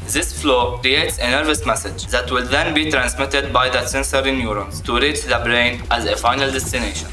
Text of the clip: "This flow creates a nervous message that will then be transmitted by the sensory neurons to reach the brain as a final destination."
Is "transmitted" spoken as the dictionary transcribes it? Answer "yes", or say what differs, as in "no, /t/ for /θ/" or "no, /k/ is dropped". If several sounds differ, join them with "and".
yes